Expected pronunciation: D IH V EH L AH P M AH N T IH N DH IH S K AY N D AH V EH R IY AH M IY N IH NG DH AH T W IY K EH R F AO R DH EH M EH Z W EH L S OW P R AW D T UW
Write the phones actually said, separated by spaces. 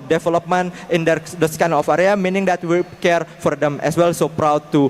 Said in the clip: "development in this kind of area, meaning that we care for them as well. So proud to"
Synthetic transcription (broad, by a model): D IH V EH L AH P M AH N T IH N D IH S K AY N AH F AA R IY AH M IY N IH NG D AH T W IY K EH R F AO R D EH M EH S W EH L S OW P R AW D T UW